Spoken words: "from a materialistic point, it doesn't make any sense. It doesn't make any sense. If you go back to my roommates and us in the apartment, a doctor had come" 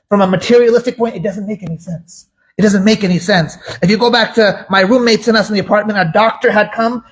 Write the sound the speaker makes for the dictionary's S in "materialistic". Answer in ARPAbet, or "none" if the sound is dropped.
S